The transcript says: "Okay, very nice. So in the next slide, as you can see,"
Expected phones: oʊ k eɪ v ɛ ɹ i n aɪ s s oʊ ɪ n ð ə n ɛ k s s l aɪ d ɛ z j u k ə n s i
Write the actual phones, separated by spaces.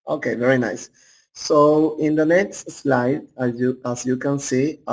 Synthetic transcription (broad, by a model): oʊ k eɪ v ɛ ɹ i n aɪ s s oʊ ɪ n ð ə n ɛ k s s l aɪ d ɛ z j u k ə n s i